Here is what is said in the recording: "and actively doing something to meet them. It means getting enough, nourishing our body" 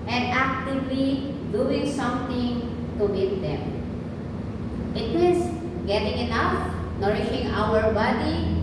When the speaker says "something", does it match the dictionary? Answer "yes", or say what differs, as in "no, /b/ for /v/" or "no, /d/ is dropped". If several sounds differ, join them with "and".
no, /t/ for /θ/